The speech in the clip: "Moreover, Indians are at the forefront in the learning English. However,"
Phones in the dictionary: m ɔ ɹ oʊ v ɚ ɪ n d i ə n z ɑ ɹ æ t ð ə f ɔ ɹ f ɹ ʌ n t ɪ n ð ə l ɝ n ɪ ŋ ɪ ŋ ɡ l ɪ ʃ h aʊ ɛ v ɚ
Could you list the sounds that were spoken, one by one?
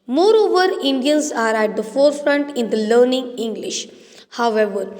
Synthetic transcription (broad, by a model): m ɔ ɹ oʊ v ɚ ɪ n d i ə n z ɑ ɹ æ t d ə f ɔ ɹ f ɹ ʌ n t ɪ n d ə l ɝ n ɪ ŋ ɪ ŋ ɡ l ɪ ʃ h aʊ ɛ v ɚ